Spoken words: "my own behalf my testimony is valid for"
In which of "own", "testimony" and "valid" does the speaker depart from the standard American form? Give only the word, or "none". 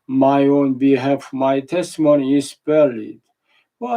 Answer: valid